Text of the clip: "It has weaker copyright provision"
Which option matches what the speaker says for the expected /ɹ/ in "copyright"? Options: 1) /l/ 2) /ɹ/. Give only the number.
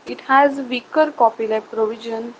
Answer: 1